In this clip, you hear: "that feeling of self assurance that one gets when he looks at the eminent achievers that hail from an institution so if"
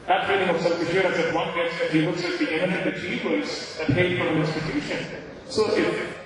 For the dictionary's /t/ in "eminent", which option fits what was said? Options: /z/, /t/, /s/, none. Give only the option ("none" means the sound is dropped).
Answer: none